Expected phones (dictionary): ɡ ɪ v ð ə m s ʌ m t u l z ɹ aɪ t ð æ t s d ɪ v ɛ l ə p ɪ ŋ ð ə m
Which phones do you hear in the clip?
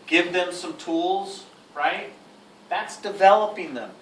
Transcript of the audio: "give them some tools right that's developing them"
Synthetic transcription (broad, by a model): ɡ ɪ v ð ə m s ʌ m t u l z ɹ aɪ t ð æ t s d ɪ v ɛ l ə p ɪ ŋ ð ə m